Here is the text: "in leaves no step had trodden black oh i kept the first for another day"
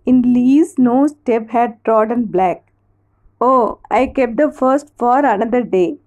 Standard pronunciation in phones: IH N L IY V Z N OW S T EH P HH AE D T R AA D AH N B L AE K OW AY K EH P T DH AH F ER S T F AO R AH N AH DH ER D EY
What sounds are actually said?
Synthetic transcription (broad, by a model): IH N L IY Z N OW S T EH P HH AE D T R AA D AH N B L AE K OW AY K EH P T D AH F ER S T F AO R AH N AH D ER D EY